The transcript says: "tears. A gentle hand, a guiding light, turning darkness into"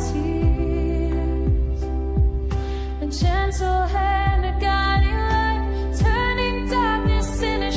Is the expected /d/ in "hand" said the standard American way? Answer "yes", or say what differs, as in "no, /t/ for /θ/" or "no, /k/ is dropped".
no, /d/ is dropped